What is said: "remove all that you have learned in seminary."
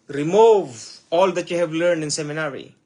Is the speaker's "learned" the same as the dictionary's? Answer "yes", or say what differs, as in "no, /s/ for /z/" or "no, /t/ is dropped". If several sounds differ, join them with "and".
yes